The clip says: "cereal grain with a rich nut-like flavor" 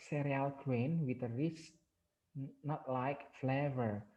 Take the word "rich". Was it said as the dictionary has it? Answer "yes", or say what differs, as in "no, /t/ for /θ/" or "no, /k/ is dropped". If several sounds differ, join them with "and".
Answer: no, /s/ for /tʃ/